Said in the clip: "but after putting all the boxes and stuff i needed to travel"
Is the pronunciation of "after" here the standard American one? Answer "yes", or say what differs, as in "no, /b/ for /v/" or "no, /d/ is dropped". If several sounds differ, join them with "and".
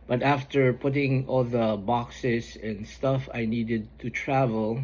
yes